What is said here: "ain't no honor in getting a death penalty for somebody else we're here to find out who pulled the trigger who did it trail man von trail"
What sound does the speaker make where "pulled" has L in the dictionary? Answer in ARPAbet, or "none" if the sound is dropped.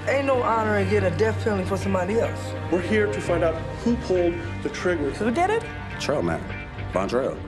L